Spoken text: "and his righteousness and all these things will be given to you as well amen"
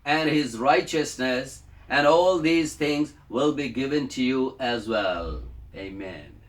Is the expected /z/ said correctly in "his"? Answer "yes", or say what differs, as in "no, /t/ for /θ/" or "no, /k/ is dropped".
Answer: yes